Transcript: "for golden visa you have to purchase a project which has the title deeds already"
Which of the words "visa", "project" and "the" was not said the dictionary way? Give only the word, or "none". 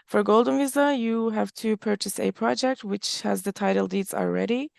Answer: none